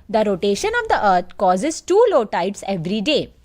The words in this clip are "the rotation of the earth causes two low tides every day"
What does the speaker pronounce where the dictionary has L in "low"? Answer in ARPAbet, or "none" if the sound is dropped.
L